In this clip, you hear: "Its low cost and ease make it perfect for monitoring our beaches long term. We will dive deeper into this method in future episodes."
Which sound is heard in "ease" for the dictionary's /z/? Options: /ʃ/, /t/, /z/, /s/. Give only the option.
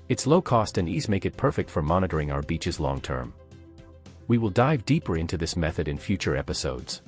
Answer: /z/